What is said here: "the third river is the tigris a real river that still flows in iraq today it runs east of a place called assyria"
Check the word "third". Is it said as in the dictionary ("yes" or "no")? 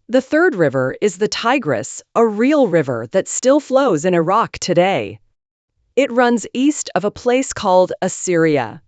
yes